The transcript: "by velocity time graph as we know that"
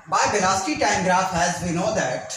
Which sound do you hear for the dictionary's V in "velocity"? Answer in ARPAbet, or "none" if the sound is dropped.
B